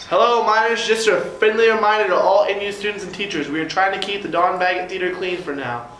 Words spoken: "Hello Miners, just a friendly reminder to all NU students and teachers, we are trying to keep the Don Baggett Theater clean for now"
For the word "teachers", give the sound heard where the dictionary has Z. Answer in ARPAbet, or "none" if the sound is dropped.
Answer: Z